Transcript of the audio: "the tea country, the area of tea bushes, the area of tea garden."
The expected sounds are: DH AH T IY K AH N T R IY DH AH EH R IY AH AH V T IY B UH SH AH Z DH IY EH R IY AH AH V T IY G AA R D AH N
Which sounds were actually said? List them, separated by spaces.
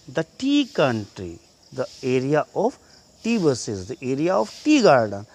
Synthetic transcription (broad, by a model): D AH T IY K AH N T R IY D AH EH R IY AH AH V T IY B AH S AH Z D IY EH R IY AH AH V T IY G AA R D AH N